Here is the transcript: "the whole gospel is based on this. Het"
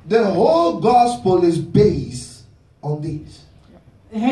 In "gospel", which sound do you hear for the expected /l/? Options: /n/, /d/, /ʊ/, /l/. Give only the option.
/l/